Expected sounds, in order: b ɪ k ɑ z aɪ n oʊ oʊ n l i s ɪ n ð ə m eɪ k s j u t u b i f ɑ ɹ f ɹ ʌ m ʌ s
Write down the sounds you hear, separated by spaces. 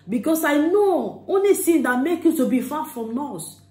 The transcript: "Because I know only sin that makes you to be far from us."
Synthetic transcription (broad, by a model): b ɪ k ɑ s aɪ n oʊ oʊ n l i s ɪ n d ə m eɪ k j u t u b i f ɑ f ɹ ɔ m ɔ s